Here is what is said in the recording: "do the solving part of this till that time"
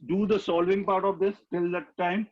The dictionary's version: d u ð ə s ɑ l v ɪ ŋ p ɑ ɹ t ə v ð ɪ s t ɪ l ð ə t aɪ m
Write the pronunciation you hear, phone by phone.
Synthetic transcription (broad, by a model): d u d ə s ɑ l v ɪ ŋ p ɑ ɹ t ə v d ɪ s t ɪ l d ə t aɪ m